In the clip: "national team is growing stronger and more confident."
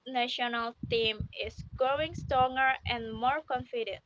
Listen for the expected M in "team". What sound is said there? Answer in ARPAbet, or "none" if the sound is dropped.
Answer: M